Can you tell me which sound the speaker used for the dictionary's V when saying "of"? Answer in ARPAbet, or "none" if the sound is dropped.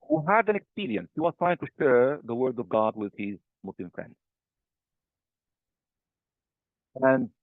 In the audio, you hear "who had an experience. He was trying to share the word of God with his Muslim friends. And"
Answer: V